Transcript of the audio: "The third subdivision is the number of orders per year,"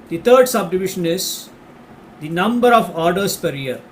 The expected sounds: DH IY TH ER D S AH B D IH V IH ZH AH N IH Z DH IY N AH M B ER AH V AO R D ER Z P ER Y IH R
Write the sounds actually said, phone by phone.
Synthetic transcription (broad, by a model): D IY T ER D S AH B D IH V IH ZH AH N IH Z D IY N AH M B ER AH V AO R D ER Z P ER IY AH R